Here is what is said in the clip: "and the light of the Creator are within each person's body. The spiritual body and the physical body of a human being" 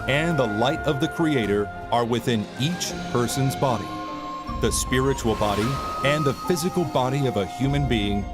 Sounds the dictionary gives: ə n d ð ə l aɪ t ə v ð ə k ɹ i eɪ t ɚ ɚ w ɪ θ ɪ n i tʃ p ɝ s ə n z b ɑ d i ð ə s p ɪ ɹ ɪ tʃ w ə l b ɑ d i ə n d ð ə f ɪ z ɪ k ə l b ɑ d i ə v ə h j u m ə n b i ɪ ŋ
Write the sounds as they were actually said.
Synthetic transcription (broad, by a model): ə n ð ə l aɪ t ə v ð ə k ɹ i eɪ t ɚ ɚ w ɪ θ ɪ n i tʃ p ɝ s ə n z b ɑ d i ð ə s p ɪ ɹ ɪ tʃ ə l b ɑ d i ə n ð ə f ɪ z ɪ k l b ɑ d i ə v ə h j u m ə n b i ɪ ŋ